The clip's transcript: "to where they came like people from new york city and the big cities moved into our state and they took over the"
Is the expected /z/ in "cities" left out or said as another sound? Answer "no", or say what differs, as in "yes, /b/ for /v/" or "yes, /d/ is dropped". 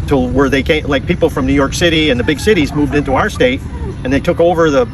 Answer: no